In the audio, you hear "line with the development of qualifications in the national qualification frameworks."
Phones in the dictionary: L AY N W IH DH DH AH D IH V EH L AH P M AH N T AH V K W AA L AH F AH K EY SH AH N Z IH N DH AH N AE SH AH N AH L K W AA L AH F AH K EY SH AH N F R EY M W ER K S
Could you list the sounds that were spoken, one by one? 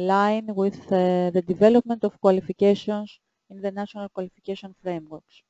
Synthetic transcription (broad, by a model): L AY N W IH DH DH AH D IH V EH L AH P M AH N T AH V K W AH L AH F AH K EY S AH N S IH N DH AH N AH S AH N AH L K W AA L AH F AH K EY S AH N F R EY M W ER K S